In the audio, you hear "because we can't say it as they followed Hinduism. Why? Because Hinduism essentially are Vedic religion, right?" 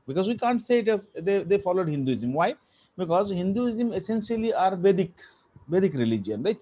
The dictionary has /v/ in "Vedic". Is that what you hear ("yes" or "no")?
no